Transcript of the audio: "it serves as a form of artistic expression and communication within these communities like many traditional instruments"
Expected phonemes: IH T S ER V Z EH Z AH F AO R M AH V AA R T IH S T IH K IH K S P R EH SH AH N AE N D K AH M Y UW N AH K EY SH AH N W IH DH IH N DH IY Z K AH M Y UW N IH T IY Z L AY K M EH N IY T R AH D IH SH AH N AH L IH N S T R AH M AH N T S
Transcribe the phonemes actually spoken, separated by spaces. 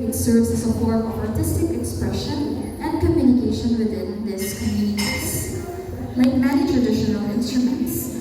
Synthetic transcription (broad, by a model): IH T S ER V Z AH S AH P AO R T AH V AA R T IH S T IH K IH K S P R EH SH AH N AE N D K AH M Y UW N AH K EY SH AH N W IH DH IH N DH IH S K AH M Y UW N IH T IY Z L AY K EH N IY T R AH D IH SH AH N AH L IH N S T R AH M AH N T S